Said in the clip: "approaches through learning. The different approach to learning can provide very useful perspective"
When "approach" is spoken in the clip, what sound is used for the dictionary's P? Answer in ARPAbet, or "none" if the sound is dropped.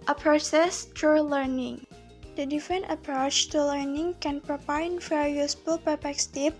P